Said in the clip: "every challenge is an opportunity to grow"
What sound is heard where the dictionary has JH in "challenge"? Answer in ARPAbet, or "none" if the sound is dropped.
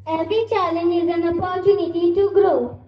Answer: none